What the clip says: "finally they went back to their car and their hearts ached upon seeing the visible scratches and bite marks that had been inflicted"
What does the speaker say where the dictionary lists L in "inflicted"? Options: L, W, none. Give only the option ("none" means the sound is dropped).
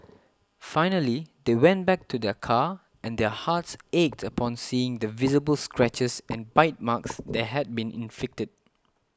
none